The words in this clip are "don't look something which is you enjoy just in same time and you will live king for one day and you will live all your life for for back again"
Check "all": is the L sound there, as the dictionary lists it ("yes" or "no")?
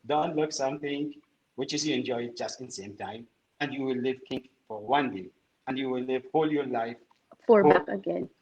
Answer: yes